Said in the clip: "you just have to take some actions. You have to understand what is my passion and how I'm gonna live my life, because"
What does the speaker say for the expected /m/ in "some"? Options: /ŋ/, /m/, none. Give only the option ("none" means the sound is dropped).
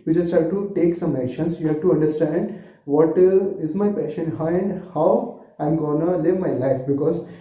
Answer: /m/